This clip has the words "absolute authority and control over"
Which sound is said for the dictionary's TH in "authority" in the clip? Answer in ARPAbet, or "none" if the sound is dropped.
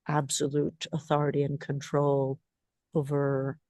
TH